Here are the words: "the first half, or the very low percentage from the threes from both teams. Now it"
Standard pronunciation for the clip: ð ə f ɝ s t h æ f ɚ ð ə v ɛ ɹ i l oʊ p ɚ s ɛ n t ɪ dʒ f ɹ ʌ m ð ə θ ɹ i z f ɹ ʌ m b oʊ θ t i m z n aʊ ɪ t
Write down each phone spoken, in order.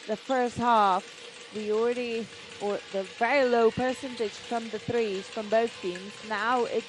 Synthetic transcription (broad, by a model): ð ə f ɝ s t h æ f ɚ ð ə v ɛ ɹ i l oʊ p ɚ s ɛ n t ɪ dʒ f ɹ ʌ m ð ə θ ɹ i z f ɹ ʌ m b oʊ θ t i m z n aʊ ɪ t